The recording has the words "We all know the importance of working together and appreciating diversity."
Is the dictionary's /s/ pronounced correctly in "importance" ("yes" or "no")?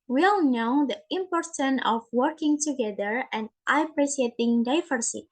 no